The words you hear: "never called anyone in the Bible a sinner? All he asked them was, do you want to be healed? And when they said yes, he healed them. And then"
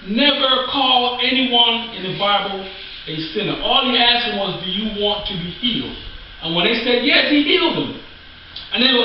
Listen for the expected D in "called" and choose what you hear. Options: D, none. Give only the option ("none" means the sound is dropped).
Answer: none